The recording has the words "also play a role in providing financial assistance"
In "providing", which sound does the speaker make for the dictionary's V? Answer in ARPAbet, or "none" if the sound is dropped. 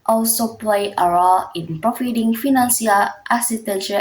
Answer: F